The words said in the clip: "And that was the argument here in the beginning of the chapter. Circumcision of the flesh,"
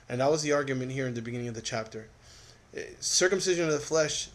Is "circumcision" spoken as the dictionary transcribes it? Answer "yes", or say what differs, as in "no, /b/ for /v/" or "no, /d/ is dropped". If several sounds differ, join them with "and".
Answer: yes